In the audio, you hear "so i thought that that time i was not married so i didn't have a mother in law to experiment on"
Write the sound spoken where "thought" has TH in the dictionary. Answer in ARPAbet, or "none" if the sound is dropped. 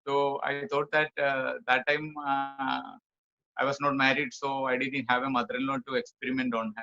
T